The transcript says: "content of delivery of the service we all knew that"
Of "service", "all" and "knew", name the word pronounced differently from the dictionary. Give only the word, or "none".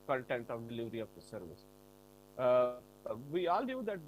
none